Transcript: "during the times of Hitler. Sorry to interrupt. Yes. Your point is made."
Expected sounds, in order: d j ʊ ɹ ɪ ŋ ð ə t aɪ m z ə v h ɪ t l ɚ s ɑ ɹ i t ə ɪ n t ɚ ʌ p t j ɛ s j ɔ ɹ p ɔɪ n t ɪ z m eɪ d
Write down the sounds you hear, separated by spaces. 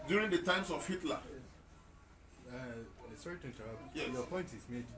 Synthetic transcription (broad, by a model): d j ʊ ɹ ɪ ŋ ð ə t aɪ m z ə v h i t l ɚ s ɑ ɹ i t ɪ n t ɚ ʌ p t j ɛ j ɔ p ɔɪ n t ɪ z m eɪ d